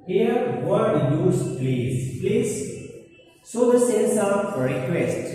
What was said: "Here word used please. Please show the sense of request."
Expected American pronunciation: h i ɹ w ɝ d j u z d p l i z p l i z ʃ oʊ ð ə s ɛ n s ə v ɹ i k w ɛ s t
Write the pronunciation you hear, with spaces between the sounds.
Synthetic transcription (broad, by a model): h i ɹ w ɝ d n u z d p l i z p l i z s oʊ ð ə s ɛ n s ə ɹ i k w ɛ s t